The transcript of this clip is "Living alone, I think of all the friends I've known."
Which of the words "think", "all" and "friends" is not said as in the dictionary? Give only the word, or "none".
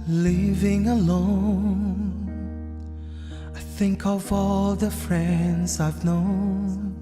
none